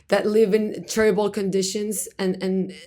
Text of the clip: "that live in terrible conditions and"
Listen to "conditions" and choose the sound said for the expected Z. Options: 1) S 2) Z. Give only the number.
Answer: 2